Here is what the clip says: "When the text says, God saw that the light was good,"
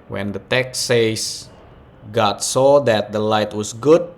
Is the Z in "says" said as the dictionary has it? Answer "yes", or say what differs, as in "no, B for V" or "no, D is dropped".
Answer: no, S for Z